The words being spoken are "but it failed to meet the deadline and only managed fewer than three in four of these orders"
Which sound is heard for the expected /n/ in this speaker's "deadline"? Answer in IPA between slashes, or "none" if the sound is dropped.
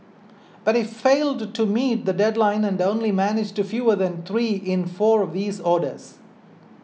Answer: /n/